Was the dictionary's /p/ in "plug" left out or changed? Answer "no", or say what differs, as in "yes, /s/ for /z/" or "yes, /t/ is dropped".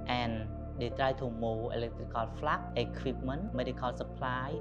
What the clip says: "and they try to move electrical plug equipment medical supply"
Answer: yes, /f/ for /p/